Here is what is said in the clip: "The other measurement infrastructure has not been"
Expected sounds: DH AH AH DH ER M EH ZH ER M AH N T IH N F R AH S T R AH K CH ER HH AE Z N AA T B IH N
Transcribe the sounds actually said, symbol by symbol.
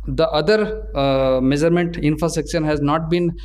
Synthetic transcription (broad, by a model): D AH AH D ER M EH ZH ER M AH N T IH N F R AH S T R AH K SH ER HH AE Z N AA T B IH N